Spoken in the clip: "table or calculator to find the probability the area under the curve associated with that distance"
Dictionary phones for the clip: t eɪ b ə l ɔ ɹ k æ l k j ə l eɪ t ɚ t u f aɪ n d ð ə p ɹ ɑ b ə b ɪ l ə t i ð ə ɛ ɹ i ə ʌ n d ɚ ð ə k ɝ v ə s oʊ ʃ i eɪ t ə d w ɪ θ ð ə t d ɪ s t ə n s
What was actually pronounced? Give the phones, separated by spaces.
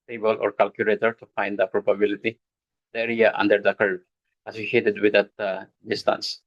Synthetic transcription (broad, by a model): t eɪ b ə l ɔ ɹ k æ l k j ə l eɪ t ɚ t u f aɪ n d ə p ɹ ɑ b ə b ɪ l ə t i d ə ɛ ɹ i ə ʌ n d ɚ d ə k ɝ ə s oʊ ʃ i eɪ t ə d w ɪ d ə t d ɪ s t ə n s